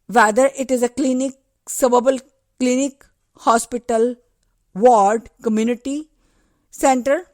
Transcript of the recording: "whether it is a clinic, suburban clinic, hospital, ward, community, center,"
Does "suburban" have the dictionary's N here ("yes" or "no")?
no